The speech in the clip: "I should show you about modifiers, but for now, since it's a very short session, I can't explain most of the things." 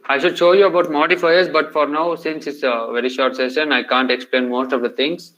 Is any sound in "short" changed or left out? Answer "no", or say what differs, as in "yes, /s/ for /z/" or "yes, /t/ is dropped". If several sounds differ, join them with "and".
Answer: no